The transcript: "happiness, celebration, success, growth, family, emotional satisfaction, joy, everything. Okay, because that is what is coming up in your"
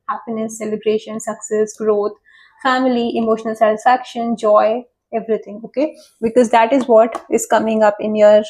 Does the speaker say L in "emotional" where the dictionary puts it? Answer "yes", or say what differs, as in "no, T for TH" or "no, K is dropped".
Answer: yes